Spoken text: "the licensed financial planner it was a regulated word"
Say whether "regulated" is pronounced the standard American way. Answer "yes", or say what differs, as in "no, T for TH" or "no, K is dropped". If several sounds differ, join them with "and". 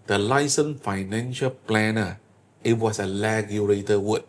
no, L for R